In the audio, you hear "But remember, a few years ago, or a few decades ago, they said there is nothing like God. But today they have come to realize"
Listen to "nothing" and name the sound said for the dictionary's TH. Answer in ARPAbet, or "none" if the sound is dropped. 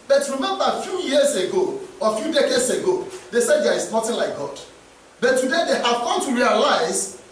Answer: T